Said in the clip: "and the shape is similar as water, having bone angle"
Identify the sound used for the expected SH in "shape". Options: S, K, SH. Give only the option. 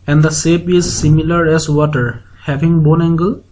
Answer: S